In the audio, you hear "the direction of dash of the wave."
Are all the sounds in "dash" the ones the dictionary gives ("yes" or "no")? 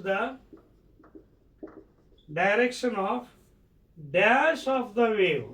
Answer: no